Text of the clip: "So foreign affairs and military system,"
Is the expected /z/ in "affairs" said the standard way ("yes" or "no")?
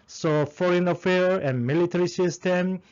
no